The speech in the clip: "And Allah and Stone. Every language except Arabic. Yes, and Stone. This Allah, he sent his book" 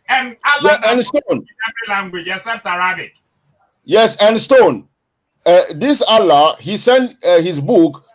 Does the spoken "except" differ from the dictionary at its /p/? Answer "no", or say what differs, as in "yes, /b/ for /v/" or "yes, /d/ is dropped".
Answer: yes, /p/ is dropped